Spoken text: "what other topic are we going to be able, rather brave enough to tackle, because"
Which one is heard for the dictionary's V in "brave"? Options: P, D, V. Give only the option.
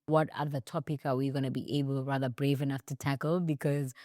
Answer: V